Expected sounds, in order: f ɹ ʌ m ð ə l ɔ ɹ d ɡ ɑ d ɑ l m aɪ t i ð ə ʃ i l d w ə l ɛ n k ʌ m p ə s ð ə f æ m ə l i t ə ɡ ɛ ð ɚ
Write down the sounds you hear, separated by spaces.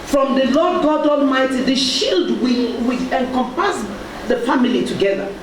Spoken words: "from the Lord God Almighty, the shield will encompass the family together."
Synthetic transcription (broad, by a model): f ɹ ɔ m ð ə l ɔ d ɡ ɑ d ɑ l m aɪ t i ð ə ʃ i l d w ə w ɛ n k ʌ m p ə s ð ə f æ m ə l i t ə ɡ ɛ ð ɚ